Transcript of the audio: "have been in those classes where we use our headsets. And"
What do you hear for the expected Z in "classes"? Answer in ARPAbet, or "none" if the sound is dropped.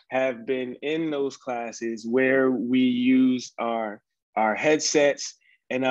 Z